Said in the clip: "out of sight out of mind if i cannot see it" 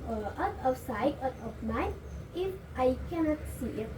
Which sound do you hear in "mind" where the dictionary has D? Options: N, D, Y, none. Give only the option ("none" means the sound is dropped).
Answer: none